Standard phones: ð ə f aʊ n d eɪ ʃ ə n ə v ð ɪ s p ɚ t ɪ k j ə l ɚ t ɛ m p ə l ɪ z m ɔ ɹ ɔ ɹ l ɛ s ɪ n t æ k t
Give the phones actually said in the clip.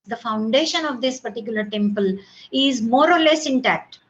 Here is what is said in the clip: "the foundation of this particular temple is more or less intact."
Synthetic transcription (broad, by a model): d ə f aʊ n d eɪ ʃ ə n ə v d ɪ s p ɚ t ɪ k j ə l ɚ t ɛ m p ə l ɪ z m ɔ ɹ ɔ ɹ l ɛ s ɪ n t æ k t